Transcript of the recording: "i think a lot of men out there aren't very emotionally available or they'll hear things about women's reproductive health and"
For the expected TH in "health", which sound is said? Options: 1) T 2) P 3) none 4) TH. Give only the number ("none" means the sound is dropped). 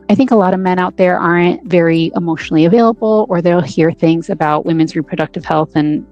4